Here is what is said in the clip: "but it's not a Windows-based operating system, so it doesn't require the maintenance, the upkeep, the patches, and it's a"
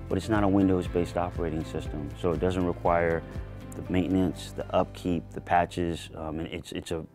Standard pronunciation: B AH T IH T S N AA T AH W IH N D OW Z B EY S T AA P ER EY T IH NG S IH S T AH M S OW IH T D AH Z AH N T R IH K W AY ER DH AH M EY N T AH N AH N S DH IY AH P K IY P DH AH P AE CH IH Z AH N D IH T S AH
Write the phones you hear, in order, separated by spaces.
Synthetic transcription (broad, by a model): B AH T IH T S N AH T AH W IH N D OW Z B EY S T AA P ER EY T IH NG S IH S T AH M S OW IH T D AH Z AH N T R IH K W AY ER DH AH M EY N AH N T S DH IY AH P K IY P DH AH P AE CH IH Z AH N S IH T S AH